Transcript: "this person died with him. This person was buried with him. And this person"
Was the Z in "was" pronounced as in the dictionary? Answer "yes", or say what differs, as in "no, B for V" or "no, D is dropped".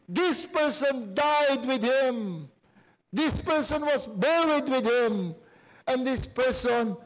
no, S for Z